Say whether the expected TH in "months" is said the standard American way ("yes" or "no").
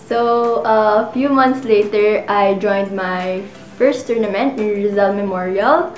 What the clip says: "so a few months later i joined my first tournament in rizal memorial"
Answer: no